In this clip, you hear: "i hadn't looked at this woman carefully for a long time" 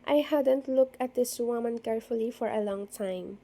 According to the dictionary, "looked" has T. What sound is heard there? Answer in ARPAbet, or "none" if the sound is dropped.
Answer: none